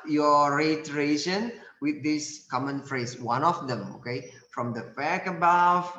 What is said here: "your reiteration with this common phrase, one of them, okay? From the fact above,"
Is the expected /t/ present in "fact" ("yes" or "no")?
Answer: no